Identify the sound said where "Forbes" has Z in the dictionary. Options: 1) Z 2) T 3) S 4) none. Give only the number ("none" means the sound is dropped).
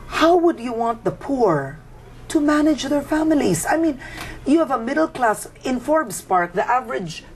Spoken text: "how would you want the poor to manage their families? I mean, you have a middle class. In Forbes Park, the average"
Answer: 3